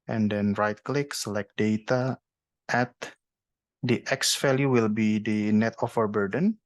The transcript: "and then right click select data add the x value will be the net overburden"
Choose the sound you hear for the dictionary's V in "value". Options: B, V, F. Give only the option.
F